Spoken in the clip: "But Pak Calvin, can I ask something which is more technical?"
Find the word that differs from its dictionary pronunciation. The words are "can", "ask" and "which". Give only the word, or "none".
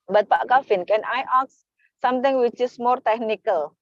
ask